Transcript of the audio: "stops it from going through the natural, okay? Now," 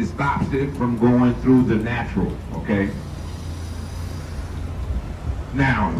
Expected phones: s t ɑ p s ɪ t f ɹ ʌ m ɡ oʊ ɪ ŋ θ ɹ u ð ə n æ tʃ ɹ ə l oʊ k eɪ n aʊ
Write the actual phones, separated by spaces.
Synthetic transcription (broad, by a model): s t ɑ p s ɪ t f ɹ ʌ m ɡ oʊ ɪ ŋ θ ɹ u ð ə n æ tʃ ɹ ə l oʊ k eɪ n aʊ